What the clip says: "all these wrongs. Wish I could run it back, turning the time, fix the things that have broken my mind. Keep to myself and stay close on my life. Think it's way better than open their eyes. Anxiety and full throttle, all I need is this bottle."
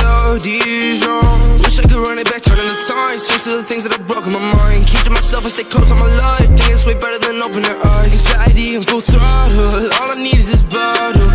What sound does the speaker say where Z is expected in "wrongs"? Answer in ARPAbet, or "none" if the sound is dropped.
none